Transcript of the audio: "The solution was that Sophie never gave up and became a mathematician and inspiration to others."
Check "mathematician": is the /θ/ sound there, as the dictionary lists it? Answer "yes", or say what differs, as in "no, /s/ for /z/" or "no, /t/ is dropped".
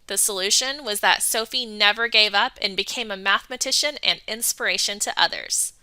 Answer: yes